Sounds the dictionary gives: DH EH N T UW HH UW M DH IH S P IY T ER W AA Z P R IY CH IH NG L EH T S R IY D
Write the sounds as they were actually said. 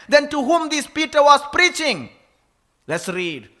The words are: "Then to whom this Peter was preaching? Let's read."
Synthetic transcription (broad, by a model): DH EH N T UW HH UW M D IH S P IY T ER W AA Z P R IY CH IH NG L EH T S R IY D